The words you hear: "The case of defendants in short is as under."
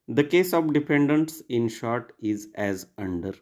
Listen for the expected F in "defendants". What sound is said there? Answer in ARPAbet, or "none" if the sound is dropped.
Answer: P